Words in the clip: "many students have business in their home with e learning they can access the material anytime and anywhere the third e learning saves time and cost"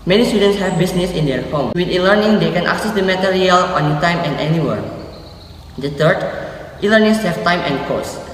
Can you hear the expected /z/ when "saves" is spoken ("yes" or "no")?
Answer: no